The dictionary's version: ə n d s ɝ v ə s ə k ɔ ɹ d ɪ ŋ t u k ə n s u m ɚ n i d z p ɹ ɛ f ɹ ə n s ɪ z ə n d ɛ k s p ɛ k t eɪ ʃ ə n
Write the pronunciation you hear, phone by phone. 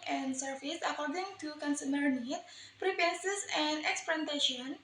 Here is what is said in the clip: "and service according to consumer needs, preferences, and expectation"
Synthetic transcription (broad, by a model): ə n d s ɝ f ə s ə k ɔ ɹ d ɪ ŋ t u k ə n s u m ɚ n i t p ɹ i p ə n s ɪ s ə n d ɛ k s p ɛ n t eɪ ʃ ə n